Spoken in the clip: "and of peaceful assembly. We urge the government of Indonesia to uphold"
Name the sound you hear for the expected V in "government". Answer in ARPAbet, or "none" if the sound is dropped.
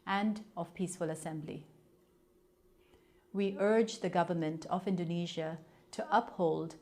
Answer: V